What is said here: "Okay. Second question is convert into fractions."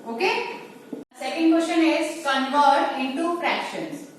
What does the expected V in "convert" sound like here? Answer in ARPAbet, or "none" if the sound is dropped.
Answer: F